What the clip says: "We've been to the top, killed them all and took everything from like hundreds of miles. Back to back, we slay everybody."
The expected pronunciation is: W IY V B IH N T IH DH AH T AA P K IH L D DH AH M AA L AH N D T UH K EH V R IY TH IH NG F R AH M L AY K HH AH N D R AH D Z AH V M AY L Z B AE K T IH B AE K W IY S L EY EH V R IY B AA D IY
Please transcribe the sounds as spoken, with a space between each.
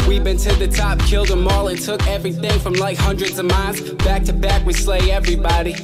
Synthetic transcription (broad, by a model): W IY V B IH N T IH DH AH T AA P K IH L D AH M AA L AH N T UH K EH V R IY TH IH NG F R AH M L AY K HH AH N D R AH D Z AH V M AY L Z B AE K T IH B AE K W IY S L EY EH V R IY B AA D IY